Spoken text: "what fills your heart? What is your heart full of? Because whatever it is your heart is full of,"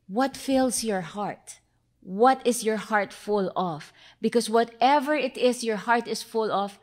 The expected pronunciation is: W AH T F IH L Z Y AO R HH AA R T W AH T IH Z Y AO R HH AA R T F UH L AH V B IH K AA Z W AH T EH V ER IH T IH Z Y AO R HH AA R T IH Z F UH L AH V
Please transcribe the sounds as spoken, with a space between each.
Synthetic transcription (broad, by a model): W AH T F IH L S Y AO R HH AA R T W AH T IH S Y AO R HH AA R T F UH L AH F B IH K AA S W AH T EH V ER IH T IH S Y AO R HH AA R T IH S F UH L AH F